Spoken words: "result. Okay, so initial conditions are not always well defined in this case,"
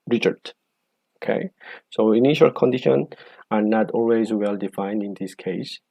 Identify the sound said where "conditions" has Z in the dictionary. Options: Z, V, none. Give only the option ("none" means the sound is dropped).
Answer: none